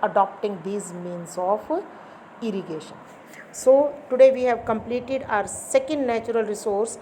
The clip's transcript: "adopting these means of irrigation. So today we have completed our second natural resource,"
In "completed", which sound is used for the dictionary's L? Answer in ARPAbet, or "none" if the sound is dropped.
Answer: L